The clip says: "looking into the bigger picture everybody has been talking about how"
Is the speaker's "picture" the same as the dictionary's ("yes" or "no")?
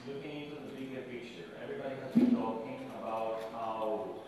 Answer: no